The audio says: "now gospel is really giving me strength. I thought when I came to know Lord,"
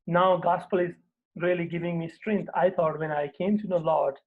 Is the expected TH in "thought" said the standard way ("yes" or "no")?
no